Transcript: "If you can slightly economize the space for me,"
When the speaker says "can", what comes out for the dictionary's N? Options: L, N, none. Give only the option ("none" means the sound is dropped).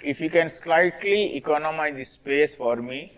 N